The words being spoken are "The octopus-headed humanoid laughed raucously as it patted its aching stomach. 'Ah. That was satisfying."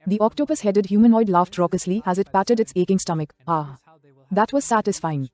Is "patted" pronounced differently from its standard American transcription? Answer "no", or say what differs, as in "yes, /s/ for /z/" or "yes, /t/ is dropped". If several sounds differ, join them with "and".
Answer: no